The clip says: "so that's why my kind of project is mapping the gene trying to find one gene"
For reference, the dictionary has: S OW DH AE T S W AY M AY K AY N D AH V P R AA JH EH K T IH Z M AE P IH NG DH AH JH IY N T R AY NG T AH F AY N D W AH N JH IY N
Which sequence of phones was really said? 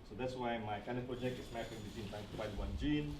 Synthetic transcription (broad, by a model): S OW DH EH T S W AY M AY K AY N D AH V P R AA JH EH K T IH S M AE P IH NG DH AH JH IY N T AY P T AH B AY D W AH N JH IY N